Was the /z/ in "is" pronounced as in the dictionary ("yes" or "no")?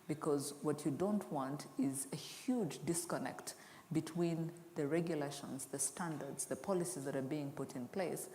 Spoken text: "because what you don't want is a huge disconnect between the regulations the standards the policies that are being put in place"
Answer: yes